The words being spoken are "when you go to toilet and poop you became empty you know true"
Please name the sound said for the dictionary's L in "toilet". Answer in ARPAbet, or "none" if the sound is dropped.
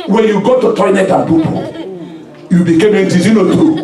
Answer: N